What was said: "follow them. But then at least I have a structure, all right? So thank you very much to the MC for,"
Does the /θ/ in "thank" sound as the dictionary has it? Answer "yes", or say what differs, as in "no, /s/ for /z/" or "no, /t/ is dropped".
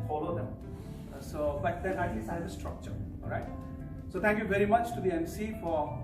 no, /t/ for /θ/